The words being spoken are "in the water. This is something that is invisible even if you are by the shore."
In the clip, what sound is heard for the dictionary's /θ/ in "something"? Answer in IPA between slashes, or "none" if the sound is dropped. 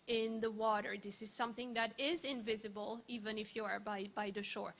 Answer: /θ/